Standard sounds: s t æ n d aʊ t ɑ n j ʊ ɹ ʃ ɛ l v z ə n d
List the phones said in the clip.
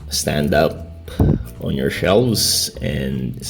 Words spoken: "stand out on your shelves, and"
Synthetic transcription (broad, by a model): s t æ n d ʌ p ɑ n j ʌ ɹ ʃ ɛ l v z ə n